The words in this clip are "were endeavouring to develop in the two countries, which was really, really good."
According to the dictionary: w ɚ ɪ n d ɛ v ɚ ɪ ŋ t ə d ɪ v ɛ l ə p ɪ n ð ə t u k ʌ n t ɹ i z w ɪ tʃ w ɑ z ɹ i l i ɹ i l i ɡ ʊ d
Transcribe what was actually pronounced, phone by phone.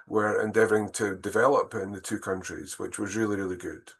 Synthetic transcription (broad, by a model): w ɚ ɪ n d ɛ v ɚ ɪ ŋ t ə d ɪ v ɛ l ə p ɪ n ð ə t u k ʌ n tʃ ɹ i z w ɪ tʃ w ɑ z ɹ i l i ɹ i l i ɡ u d